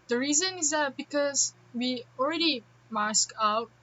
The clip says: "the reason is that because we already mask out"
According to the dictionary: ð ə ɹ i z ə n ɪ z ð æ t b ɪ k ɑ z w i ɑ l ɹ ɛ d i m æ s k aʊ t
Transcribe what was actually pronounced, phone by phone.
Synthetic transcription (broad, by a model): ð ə ɹ i z ə n ɪ z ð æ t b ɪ k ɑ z w i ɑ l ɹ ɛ d i m æ s k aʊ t